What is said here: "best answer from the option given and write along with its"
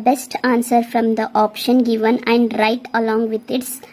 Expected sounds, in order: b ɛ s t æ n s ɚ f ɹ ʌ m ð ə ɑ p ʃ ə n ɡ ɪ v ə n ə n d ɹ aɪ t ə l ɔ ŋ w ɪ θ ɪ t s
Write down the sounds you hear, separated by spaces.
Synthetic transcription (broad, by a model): b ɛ s t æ n s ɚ f ɹ ʌ m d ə ɑ p ʃ ə n ɡ ɪ v ə n ə n d ɹ aɪ t ə l ɔ ŋ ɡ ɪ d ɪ t s